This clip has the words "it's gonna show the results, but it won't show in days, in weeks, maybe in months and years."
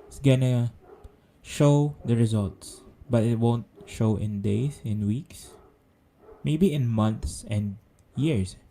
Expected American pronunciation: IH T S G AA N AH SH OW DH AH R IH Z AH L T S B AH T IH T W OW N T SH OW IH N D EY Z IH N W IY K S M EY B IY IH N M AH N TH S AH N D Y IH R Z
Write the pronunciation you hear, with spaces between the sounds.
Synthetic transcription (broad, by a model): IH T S G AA N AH SH OW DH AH R IH Z AH L T S B AH T IH T W OW N T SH OW IH N D EY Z IH N W IY K S M EY B IY IH N M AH N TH S AH N D Y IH R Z